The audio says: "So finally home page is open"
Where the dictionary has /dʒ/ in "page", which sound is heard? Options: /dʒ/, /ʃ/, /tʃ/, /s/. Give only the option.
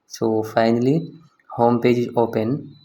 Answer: /dʒ/